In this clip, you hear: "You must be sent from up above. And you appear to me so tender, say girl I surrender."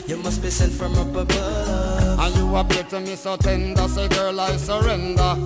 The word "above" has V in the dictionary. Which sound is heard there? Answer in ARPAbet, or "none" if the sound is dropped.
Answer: none